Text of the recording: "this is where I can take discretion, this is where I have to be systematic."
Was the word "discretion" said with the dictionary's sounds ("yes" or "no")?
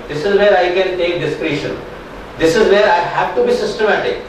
yes